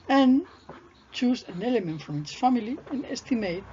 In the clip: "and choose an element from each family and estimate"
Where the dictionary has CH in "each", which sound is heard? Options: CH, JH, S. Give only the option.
S